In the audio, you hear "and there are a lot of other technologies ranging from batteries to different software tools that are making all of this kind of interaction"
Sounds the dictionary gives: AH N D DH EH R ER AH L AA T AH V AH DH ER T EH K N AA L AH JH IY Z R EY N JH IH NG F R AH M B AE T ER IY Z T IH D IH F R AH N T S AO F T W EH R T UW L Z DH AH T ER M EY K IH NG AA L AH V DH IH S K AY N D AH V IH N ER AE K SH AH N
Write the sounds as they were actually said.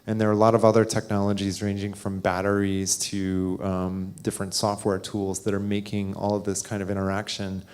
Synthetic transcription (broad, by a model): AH N DH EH R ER AH L AA T AH V AH DH ER T EH K N AA L AH JH IY Z R EY N JH IH NG F R AH M B AE T ER IY Z T IH D IH F R AH N T S AO F T W EH R T UW L Z DH AH T ER M EY K IH NG AA L AH V DH IH S K AY N D AH V IH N ER AE K SH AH N